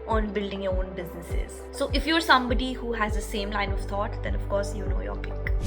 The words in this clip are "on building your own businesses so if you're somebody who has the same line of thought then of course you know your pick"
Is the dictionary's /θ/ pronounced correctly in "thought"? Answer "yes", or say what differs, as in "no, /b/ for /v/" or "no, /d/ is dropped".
no, /t/ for /θ/